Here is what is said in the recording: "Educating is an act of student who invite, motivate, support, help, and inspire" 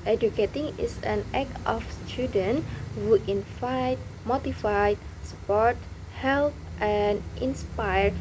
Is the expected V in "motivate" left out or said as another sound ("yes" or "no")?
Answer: yes